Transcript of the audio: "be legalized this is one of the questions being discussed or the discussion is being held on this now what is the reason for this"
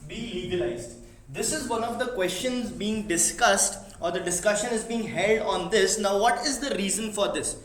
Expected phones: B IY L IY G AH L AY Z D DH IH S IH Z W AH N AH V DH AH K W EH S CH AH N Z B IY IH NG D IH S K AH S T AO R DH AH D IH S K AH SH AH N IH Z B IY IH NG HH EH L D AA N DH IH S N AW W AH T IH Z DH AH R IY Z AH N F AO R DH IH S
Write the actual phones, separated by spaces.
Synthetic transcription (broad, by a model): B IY L IY G AH L AY Z D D IH S IH Z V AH N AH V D AH K W EH S CH AH N Z B IY IH NG D IH S K AH S T AO R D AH D IH S K AH SH AH N IH Z B IY IH NG HH EH L D AA N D IH S N AW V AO T IH Z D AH R IY Z AH N F AO R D IH S